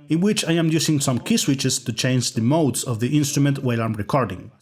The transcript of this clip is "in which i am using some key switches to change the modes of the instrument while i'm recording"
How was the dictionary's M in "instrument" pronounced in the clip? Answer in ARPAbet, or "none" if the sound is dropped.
M